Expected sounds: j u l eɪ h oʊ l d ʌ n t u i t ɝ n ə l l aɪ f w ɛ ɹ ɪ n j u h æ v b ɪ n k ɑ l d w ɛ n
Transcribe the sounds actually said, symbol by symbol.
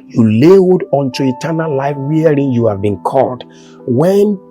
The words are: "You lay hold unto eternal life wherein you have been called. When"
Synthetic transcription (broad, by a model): j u l eɪ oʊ d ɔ n t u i t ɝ n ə l l aɪ f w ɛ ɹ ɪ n j u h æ v b ɪ n k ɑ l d w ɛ n